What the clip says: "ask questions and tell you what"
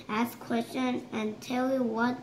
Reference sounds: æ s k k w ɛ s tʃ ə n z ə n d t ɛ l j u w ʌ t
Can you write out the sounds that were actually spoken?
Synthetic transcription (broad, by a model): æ s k k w ɛ s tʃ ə n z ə n t ɛ l j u w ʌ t